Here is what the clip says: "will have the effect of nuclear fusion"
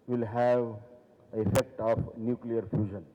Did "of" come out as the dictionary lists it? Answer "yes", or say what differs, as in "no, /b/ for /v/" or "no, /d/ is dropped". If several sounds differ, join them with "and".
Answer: no, /p/ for /v/